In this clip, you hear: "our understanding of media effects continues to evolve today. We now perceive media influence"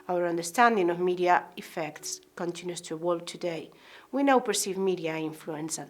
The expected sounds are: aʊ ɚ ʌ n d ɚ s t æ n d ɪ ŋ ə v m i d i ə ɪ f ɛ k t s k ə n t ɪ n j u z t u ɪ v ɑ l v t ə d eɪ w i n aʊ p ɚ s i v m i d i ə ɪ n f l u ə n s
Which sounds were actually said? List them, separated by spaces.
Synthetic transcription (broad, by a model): aʊ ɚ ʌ n d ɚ s t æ n d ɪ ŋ ə v m i d i ə ɪ f ɛ k t s k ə n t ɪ n j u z t u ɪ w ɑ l t ə d eɪ w i n aʊ p ɚ s i v m i d i ə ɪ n f l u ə n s